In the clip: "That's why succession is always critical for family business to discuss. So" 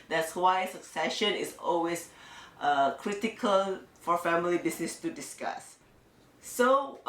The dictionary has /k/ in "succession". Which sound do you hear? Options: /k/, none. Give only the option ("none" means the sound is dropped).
/k/